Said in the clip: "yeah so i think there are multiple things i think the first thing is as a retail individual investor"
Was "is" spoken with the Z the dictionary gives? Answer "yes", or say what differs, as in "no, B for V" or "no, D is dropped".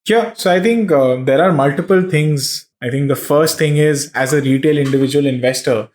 yes